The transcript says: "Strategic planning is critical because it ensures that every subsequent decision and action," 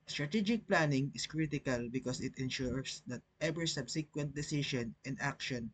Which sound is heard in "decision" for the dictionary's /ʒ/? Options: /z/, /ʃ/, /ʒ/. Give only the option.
/ʃ/